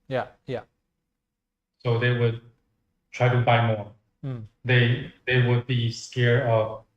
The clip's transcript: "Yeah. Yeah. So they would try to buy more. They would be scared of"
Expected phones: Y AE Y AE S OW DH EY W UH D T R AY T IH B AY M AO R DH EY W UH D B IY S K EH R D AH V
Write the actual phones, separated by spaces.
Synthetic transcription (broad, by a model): Y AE Y AE S OW DH EY W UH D T R AY T IH B AY M AO R DH EY W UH D B IY S K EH R AH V